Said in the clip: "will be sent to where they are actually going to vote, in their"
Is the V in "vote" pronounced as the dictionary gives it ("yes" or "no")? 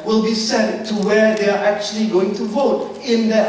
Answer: yes